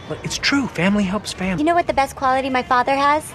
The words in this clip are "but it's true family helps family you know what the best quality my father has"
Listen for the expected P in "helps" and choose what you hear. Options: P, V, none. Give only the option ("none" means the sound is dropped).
P